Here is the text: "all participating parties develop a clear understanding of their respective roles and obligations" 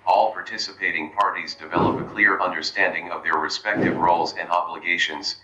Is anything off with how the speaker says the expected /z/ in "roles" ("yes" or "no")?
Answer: no